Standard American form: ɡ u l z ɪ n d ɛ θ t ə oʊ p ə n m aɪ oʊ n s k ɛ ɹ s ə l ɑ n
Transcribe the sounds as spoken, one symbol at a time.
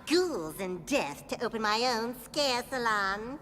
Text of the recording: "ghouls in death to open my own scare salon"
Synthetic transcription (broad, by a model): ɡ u l z ɪ n d ɛ θ t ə oʊ p ə n m aɪ oʊ n s k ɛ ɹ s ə l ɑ n